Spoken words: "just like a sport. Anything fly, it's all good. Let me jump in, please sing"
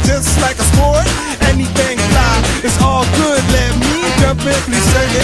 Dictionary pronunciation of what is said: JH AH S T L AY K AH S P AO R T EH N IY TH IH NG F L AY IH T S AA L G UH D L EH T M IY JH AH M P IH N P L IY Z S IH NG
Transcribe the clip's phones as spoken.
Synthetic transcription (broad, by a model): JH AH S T L AY K AH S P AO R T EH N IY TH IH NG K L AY IH T S AA L G UH D L EH T M IY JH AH P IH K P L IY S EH